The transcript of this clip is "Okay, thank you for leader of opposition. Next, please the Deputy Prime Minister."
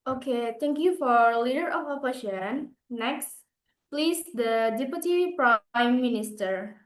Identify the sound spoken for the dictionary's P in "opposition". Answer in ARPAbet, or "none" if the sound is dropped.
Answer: F